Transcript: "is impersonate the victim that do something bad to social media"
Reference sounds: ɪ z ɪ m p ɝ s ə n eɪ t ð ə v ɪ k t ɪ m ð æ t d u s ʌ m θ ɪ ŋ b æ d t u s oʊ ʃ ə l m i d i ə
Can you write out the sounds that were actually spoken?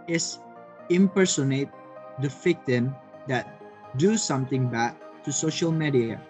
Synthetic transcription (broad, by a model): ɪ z ɪ m p ɝ s ə n eɪ t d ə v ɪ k t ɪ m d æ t d u s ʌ m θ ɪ ŋ b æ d t u s oʊ ʃ ə l m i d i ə